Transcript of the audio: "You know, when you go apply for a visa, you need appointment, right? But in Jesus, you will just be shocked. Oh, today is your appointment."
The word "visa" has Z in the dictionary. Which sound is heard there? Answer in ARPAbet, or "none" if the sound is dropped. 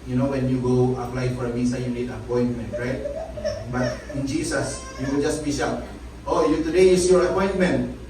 S